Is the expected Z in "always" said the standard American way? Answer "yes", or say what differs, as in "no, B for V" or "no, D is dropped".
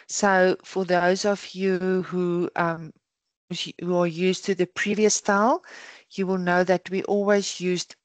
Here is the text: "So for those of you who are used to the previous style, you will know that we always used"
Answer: yes